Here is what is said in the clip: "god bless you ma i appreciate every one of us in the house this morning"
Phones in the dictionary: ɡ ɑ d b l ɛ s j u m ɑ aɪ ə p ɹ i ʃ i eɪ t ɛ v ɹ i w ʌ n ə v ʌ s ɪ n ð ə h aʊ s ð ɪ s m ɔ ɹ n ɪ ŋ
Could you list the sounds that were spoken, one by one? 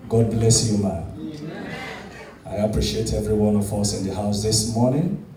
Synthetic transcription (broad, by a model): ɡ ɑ d b l ɛ s j u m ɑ aɪ ə p ɹ i ʃ i eɪ t ɛ v ɹ i w ʌ n ə v ʌ s ɪ n ð ə h aʊ s ð ɪ s m ɔ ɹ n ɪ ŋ